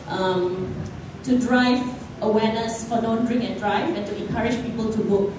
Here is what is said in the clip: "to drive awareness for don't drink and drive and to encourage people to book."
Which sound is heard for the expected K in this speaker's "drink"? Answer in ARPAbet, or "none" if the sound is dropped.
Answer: none